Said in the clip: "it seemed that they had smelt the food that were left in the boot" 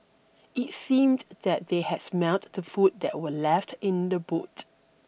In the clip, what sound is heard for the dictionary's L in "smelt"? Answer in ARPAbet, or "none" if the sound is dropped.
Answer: none